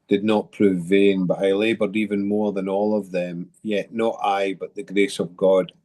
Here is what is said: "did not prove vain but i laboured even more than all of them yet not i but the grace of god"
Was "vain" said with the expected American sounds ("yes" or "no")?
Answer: yes